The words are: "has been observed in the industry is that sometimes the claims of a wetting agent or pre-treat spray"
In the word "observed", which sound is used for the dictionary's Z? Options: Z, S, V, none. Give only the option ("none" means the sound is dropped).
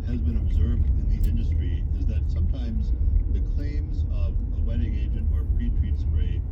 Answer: Z